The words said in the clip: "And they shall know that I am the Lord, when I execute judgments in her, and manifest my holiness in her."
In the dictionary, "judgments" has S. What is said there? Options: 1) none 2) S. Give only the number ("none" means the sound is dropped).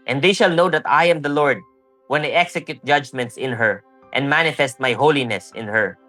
2